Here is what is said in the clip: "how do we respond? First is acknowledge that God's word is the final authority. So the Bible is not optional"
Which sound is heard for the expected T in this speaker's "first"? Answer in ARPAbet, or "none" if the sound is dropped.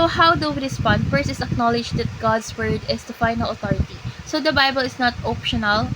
none